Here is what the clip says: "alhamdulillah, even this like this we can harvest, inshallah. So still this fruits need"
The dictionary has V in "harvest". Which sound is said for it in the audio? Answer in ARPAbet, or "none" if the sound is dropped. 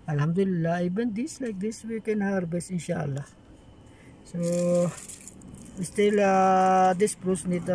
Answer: B